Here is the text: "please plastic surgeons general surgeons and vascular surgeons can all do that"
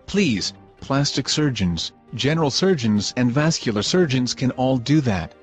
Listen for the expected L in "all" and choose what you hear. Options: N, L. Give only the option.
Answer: L